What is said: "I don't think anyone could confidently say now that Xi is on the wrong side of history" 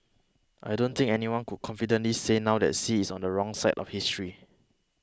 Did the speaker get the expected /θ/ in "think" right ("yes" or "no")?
no